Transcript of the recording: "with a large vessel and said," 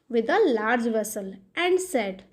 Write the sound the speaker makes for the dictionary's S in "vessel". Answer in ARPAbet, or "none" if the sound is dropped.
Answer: S